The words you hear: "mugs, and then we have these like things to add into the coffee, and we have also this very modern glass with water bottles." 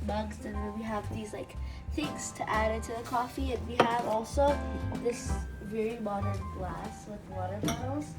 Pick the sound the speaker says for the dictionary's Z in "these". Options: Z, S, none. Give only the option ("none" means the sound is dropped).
Z